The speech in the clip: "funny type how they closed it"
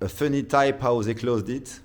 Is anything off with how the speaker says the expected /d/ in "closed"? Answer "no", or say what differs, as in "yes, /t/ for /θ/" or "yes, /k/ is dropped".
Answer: no